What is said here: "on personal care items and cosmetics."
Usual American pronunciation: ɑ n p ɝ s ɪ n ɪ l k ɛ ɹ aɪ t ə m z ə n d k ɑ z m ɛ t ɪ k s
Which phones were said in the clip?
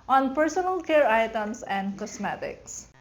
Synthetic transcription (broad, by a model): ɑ n p ɝ s ɪ n ɪ l k ɛ ɹ aɪ t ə m s ə n d k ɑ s m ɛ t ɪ k s